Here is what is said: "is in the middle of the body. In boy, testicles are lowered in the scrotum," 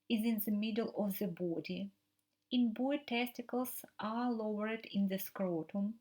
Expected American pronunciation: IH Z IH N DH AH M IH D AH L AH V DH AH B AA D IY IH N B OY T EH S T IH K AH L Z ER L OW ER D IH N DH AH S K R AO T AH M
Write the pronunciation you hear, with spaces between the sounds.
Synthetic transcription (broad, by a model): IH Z IH N DH AH M IH D AH L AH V DH AH B AA D IY IH N B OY T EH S T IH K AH L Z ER L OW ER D IH N DH AH S K R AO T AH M